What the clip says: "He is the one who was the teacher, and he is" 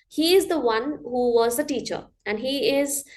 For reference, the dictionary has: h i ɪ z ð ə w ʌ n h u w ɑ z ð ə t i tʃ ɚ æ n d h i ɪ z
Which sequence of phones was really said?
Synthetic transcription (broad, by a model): h i ɪ z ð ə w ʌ n h u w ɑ z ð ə t i tʃ ɚ æ n d h i ɪ z